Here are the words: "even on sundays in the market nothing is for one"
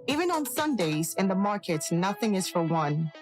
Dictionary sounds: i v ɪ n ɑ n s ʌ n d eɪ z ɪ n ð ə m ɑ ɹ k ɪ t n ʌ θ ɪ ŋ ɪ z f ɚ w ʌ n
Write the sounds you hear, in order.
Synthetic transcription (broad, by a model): i v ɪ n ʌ n s ʌ n d eɪ z ɪ n ð ə m ɑ ɹ k ɪ t n ʌ θ ɪ ŋ ɪ z f ɚ w ʌ n